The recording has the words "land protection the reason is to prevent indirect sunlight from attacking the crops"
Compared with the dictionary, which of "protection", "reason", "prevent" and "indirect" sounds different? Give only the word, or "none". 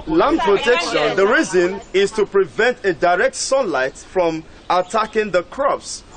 indirect